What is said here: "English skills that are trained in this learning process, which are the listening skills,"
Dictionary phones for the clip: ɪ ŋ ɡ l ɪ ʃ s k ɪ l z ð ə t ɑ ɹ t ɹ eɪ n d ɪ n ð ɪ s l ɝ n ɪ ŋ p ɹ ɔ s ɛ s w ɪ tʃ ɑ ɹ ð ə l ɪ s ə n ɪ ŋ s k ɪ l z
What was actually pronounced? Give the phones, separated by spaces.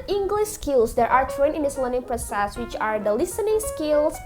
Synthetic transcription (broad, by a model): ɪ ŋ ɡ l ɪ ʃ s k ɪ l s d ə t ɑ ɹ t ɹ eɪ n ɪ n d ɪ s l ɝ n ɪ ŋ p ɹ ɔ s ɛ s w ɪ tʃ ɑ ɹ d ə l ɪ s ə n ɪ ŋ s k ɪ l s